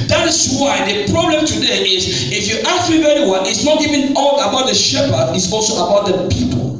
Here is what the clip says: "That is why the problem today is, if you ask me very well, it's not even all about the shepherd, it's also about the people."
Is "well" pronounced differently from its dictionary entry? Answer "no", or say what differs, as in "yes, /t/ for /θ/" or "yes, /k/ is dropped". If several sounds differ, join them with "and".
yes, /n/ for /l/